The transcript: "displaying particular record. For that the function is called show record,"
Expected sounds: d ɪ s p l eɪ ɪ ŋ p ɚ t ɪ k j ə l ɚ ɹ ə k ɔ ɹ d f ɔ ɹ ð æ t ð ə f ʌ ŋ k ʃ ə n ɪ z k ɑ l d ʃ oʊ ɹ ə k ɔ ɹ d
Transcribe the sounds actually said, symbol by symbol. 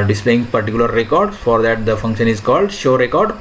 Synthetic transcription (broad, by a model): d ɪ s p l eɪ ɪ ŋ p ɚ t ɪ k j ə l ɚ ɹ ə k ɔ ɹ d f ɔ ɹ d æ t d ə f ʌ ŋ k ʃ ə n ɪ z k ɑ l d ʃ oʊ ɹ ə k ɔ ɹ d